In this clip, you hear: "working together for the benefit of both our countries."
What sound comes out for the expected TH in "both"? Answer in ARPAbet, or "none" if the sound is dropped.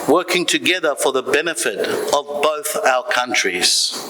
TH